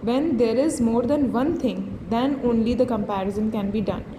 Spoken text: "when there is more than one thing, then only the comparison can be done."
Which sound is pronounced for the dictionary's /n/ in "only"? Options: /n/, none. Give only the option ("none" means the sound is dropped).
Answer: /n/